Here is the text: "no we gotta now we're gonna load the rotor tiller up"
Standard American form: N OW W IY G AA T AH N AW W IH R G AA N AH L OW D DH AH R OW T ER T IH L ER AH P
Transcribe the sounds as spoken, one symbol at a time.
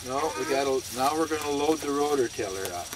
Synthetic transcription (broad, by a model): N OW W IY G AA T AH N AW W IH R G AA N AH L OW D DH AH R OW T ER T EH L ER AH